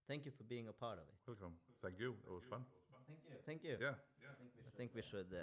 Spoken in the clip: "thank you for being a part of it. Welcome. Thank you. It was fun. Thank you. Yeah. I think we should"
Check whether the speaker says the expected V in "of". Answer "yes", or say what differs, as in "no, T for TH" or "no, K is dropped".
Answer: yes